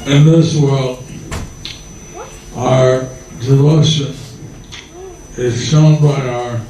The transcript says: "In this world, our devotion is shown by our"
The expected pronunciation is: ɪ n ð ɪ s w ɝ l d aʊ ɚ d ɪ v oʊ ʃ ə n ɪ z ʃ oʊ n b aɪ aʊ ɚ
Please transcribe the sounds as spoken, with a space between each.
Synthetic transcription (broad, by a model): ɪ n ð ɪ s w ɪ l aʊ ɚ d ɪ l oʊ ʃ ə n ɪ z ʃ oʊ n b aɪ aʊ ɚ